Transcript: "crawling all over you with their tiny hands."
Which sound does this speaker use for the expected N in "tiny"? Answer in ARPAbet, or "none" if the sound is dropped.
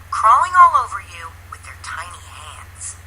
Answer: N